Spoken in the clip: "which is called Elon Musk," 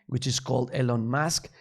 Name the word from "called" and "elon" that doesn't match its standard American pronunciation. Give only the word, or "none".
none